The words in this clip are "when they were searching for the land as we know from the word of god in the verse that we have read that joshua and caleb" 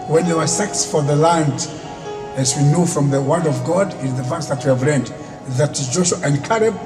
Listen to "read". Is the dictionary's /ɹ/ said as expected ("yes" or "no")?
no